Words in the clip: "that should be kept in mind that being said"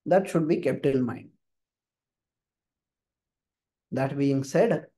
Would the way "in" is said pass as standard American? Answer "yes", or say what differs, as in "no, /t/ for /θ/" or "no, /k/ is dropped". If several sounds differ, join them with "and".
no, /l/ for /n/